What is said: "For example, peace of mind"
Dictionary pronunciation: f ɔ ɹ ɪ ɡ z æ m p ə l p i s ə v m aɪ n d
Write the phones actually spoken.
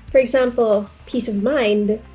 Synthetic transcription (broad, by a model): f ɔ ɹ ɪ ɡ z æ m p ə l p i s ə v m aɪ n d